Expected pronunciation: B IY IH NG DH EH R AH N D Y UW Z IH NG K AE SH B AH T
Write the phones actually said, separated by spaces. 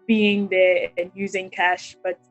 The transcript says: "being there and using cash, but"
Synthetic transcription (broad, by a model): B IY IH NG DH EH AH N Y UW Z IH NG K AE SH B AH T